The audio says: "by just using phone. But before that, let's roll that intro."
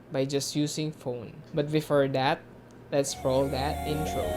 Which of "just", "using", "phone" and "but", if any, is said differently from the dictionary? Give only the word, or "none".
using